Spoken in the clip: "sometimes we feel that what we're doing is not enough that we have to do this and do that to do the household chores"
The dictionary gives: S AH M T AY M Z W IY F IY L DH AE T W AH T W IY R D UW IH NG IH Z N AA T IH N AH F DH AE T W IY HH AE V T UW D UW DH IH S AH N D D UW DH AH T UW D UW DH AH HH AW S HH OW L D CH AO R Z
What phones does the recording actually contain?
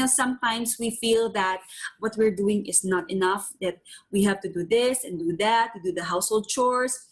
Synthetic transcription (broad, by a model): S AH M T AY M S W IY F IY L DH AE T W AH T W IY R D UW IH NG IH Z N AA T IH N AH F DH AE T W IY HH AE V T UW D UW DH IH S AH N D D UW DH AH T UW D UW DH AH HH AW S HH OW L D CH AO R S